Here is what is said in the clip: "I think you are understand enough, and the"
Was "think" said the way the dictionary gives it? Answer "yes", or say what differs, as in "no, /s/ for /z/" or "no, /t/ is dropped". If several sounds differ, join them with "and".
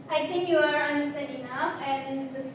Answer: no, /t/ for /θ/